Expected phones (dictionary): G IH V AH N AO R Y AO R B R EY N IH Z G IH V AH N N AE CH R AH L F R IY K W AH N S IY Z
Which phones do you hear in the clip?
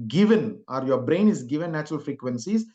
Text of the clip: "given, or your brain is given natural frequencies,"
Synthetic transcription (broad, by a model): G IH V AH N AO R Y AO R B R EY N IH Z G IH V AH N N AE CH R AH L F R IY K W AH N S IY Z